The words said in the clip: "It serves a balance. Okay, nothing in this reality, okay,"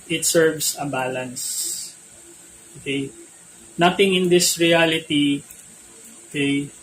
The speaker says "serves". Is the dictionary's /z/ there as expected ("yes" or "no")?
no